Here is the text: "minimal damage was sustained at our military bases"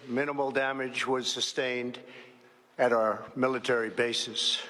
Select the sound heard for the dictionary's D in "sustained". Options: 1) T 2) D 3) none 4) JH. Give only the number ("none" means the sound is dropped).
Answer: 2